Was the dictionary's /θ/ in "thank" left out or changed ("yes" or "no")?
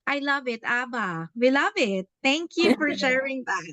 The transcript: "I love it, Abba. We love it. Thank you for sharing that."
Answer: yes